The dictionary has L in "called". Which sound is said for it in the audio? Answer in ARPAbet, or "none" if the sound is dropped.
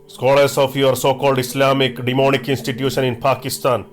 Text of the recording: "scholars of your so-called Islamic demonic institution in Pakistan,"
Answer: L